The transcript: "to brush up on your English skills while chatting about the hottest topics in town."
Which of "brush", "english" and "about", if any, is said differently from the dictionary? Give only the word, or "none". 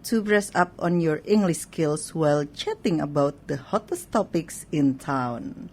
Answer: brush